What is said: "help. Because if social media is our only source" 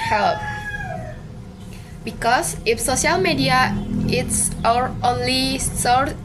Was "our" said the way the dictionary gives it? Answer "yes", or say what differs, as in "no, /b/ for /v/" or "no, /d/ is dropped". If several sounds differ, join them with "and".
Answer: yes